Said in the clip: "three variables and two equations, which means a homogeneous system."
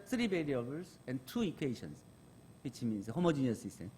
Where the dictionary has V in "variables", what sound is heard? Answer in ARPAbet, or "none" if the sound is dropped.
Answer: B